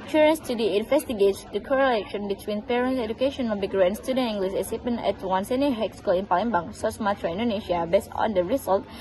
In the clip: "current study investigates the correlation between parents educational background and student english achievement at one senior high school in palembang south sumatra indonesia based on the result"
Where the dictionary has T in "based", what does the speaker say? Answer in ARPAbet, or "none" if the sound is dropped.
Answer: none